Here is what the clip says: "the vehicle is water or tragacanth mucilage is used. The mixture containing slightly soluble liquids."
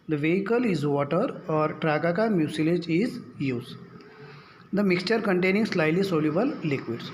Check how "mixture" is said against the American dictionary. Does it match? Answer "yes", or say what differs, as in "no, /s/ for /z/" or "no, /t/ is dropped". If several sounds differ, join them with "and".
yes